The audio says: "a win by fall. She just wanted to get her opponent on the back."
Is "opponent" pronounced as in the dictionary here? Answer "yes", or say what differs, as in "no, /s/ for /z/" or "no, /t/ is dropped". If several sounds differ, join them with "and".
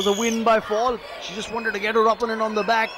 no, /t/ is dropped